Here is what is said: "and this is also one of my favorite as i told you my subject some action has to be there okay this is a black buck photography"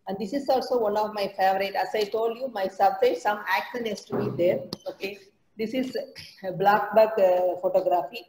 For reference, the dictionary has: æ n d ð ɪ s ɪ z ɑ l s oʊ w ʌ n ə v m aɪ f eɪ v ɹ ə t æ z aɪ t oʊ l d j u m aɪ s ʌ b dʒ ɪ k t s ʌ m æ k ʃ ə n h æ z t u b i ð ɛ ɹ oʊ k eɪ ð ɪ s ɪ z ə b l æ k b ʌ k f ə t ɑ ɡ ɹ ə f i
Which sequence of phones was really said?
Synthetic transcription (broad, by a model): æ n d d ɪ s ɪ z ɑ l s oʊ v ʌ n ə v m aɪ f eɪ v ɹ ə t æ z aɪ t oʊ l d j u m aɪ s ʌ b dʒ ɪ t s ʌ m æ k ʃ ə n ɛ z t u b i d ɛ ɹ oʊ k eɪ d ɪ s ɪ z b l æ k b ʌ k f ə t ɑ ɡ ɹ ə f i